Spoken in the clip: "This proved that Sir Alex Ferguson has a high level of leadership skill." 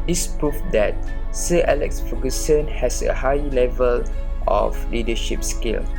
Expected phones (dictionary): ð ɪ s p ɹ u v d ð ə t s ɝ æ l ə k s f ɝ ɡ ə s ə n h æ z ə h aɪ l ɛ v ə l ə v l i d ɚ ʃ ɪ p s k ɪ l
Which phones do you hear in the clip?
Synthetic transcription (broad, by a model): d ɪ s p ɹ u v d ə t s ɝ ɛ l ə k s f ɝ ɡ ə s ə n h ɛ s ə h aɪ l ɛ v ə l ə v l i d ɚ ʃ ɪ p s k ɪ l